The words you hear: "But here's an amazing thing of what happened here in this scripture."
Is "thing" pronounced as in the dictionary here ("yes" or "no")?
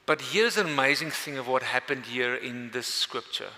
yes